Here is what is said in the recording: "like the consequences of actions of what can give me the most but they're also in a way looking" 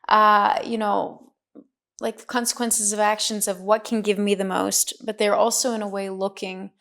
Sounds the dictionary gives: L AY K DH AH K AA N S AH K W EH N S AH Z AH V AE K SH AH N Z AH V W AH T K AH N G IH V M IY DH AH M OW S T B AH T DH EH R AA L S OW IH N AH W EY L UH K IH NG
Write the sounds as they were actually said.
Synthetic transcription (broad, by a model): L AY K DH AH K AA N S AH K W EH N S AH Z AH V AE K SH AH N Z AH V W AH T K N G IH V M IY DH AH M OW S T B AH T DH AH R AA L S OW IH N AH W EY L UH K IH NG